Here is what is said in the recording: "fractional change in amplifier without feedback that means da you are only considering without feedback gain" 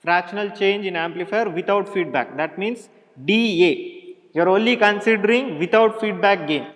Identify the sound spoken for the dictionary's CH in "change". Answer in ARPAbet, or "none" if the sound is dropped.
CH